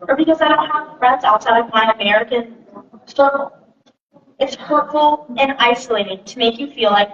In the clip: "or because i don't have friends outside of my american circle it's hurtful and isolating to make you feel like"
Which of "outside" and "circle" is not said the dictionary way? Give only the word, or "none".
circle